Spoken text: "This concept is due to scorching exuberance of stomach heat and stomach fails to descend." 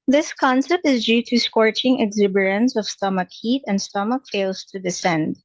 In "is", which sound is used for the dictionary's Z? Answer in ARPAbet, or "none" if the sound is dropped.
Z